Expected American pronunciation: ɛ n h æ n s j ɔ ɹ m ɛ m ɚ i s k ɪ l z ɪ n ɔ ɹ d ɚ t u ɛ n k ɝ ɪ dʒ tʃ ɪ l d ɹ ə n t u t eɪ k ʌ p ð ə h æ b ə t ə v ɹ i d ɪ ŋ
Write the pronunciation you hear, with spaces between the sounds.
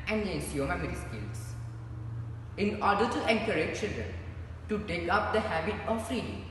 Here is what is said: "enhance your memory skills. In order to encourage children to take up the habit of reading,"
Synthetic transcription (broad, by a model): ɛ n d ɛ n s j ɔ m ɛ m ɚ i s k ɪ l s ɪ n ɔ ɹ d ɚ t u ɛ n k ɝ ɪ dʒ tʃ ɪ l d ɹ ə n t u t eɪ k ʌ p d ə h æ b ə t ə f ɹ i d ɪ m